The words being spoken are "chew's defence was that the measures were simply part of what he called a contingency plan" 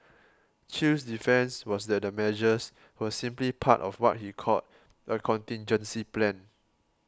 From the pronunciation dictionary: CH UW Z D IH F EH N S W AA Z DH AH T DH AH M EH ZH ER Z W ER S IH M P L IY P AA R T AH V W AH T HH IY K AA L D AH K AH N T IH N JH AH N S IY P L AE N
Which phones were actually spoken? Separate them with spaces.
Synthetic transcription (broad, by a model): CH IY S D IH F EH N S W AA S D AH T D AH M EH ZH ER S W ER S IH M P L IY P AA T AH F W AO T HH IY K AA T AH K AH N T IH N JH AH N S IY P L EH N